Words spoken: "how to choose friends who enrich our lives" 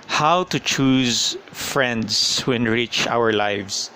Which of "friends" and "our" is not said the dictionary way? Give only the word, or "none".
friends